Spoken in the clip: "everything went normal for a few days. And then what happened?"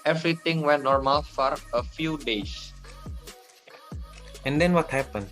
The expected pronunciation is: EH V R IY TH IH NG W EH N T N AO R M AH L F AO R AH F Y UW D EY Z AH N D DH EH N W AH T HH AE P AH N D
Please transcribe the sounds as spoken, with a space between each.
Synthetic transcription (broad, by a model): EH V R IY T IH NG W EH N T N AO R M AH L F AO R AH F Y UW D EY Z AH N D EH N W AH T HH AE P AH N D